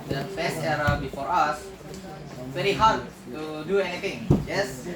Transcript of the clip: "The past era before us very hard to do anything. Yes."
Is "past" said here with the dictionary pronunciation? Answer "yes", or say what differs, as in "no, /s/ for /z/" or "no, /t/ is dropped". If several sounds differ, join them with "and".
no, /b/ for /p/